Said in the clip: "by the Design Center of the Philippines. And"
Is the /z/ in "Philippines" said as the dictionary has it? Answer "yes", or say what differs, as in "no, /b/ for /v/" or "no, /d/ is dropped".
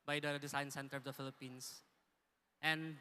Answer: no, /s/ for /z/